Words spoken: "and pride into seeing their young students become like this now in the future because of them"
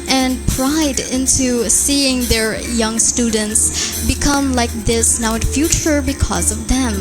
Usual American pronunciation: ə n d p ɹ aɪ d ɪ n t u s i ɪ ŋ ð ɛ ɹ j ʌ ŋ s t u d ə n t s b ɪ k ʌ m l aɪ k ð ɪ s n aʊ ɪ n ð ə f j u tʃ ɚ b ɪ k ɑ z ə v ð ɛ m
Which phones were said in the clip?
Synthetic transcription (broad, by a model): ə n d p ɹ aɪ d ɪ n t u s i ɪ ŋ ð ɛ ɹ j ʌ ŋ s t u d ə n t s b ɪ k ʌ m l aɪ k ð ɪ s n aʊ ɪ n f j u tʃ ɚ b ɪ k ɑ z ə v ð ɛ m